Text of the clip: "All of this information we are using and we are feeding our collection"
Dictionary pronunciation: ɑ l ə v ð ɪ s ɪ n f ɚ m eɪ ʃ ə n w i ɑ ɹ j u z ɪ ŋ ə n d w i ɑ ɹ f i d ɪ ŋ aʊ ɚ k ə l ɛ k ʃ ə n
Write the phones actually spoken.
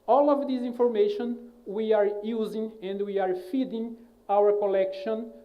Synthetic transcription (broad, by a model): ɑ l ə v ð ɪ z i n f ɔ m eɪ ʃ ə n w i ɑ ɹ j u z ɪ ŋ ə n d w i ɑ ɹ f i d ɪ ŋ aʊ ɚ k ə l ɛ k ʃ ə n